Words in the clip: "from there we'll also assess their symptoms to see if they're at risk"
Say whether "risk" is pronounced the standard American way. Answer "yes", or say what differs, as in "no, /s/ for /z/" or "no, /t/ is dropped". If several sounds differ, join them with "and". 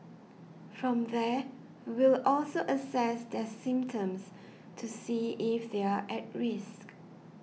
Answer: yes